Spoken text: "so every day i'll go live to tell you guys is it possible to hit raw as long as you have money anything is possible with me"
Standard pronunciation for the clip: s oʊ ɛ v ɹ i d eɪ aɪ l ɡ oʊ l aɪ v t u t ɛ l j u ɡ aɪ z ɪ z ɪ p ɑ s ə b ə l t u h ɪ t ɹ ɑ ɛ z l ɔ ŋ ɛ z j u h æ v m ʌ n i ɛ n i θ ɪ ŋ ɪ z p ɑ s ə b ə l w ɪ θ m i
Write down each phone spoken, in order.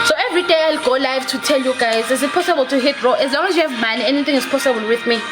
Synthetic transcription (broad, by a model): s oʊ ɛ v ɹ i d eɪ aɪ l ɡ oʊ l aɪ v t u t ɛ l j u ɡ aɪ z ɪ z ɪ p ɑ s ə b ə l t u h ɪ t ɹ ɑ ɛ z l ɔ ŋ ɛ z j u h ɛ v m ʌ n i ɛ n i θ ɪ ŋ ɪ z p ɑ s ə b ə l w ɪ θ m i